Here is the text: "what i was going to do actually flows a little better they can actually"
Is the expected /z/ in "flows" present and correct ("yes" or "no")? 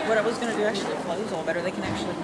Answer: no